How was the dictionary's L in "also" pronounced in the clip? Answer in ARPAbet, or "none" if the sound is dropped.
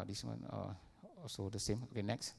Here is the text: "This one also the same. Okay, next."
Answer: none